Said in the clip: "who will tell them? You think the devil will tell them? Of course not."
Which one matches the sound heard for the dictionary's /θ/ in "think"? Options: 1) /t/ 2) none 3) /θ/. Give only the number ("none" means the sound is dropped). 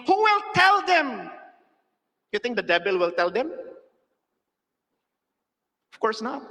1